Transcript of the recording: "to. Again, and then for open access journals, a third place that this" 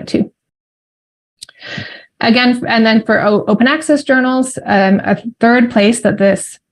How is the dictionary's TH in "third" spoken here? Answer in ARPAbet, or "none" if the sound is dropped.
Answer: TH